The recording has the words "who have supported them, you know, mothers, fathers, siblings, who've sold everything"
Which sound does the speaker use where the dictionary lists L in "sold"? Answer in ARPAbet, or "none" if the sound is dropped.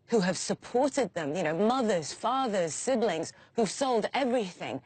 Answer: L